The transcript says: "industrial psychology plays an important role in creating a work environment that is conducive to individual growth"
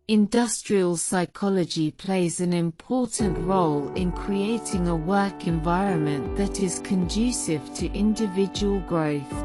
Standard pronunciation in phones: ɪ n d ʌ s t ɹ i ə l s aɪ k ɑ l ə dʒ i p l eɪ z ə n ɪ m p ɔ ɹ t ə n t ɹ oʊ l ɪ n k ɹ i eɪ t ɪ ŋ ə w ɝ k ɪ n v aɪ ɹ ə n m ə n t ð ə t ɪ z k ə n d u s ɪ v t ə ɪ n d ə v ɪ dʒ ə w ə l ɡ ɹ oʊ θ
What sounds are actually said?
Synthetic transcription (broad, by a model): ɪ n d ʌ s t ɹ i ə l s aɪ k ɑ l ə dʒ i p l eɪ z ə n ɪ m p ɔ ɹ t n t ɹ oʊ l ɪ n k ɹ i eɪ t ɪ ŋ ə w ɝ k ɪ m v aɪ ɹ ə n m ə n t ð ə t ɪ z k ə n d u s ɪ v t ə ɪ n d ə v ɪ dʒ ə w ə l ɡ ɹ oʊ θ